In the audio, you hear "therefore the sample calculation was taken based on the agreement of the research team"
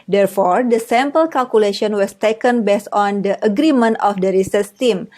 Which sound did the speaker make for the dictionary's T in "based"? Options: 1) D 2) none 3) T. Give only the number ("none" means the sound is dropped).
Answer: 2